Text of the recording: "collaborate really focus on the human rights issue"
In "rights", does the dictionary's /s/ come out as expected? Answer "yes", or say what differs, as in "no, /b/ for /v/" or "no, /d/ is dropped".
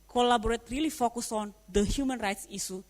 yes